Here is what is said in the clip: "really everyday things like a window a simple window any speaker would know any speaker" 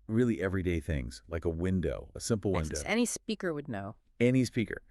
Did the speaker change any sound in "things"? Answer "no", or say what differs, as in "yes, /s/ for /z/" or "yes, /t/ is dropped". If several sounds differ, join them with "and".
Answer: no